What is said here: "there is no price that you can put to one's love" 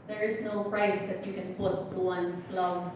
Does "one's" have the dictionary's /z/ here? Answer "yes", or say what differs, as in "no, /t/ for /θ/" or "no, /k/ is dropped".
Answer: no, /s/ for /z/